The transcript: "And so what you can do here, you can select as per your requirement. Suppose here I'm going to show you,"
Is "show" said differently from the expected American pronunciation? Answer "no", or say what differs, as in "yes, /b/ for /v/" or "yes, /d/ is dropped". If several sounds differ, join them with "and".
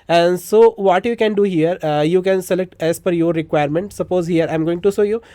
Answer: yes, /s/ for /ʃ/